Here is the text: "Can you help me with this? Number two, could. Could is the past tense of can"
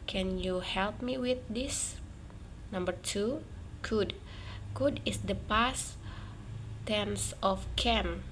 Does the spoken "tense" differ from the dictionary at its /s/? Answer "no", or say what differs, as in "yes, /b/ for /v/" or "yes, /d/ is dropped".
no